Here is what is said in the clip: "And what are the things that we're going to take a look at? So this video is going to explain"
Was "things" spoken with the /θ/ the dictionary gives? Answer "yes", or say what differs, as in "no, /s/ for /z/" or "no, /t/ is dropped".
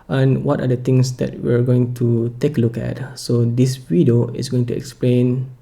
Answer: no, /t/ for /θ/